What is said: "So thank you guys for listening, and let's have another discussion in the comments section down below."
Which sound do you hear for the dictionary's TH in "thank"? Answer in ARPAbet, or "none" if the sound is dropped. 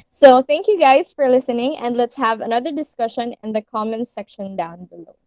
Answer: TH